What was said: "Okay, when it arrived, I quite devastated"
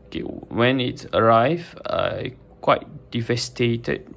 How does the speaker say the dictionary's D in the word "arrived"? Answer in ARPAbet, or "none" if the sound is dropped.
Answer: none